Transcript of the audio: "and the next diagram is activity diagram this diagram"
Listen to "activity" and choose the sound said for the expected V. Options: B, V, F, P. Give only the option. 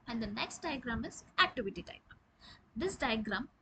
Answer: V